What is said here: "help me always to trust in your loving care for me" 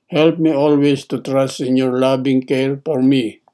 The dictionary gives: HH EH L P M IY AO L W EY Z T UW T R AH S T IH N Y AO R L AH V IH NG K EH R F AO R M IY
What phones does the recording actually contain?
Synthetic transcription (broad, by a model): HH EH L P M IY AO L W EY S T UW T R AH S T IH N Y AO R L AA B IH NG K EH R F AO R M IY